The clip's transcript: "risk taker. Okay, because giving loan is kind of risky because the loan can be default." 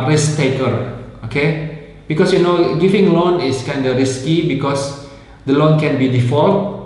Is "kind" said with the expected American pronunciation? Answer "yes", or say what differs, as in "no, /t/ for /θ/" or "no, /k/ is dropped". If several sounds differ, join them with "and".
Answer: yes